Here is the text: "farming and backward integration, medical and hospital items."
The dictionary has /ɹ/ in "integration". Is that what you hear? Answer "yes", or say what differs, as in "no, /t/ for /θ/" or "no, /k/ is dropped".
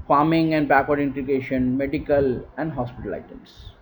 no, /ɹ/ is dropped